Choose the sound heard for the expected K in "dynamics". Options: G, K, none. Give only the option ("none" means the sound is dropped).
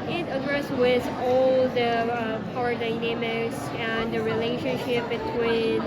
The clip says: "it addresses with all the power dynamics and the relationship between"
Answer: none